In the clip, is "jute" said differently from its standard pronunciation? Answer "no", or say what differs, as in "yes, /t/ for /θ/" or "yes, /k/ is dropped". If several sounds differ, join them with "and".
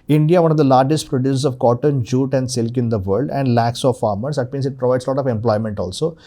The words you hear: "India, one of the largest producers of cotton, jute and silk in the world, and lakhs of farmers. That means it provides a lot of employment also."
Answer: no